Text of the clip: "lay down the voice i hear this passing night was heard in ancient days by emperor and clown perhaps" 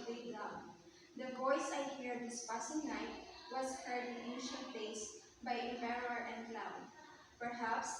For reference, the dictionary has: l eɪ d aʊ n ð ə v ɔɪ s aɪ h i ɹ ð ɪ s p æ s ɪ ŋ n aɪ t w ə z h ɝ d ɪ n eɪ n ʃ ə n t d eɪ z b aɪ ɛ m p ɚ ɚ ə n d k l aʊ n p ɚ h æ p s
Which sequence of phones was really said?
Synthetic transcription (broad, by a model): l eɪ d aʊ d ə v ɔɪ s aɪ h i ɹ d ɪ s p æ s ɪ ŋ n aɪ t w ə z h ɝ d ɪ n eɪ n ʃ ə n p eɪ s b aɪ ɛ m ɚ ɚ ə n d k l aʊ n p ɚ h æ p s